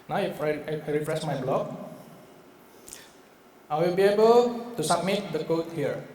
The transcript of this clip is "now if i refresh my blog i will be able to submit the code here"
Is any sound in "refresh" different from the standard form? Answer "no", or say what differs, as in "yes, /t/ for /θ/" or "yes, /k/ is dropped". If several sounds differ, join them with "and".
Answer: yes, /s/ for /ʃ/